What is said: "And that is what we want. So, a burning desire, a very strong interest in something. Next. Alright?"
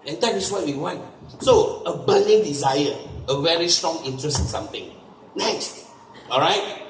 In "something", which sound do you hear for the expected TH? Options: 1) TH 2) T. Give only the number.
2